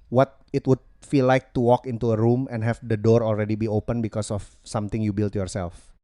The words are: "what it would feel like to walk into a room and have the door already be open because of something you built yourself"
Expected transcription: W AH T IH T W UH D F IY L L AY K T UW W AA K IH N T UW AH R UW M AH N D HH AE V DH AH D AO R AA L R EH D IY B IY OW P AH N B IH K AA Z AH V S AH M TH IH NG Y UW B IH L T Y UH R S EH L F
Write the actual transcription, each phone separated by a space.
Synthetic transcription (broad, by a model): W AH T IH T W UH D F IY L L AY K T UW W AA K IH N T UW AH R UW M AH N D HH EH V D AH D AO R AA L R EH D IY B IY OW P AH N B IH K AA S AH F S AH M T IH NG Y UW B IH L T Y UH R S EH L F